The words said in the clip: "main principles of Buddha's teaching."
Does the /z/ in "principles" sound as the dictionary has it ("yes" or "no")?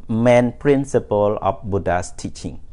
no